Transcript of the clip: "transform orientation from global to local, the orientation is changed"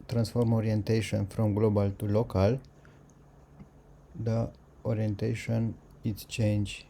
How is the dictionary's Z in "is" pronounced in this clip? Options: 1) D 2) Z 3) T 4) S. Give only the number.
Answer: 4